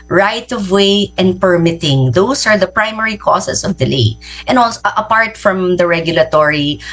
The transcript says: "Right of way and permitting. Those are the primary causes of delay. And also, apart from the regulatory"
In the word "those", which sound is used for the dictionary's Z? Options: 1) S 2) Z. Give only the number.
1